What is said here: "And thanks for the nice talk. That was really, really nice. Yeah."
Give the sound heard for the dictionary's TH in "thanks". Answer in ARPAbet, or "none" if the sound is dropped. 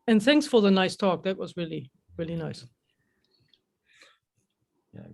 TH